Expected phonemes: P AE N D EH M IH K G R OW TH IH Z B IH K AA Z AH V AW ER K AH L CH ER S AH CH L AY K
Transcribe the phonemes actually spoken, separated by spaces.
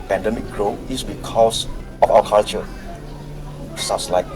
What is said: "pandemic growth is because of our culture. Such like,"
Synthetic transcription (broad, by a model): P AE N D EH M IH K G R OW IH S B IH K AA S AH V AW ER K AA L CH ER S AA S L AY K